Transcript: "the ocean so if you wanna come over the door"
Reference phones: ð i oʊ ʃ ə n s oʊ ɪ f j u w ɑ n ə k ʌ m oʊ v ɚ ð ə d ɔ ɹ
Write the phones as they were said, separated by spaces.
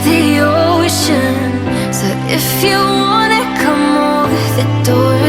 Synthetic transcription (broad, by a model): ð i oʊ ʃ ə n s oʊ ɪ f j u w ɑ n ə k ʌ m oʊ ɚ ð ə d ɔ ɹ